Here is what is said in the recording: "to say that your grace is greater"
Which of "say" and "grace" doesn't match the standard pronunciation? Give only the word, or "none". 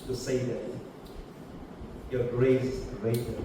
grace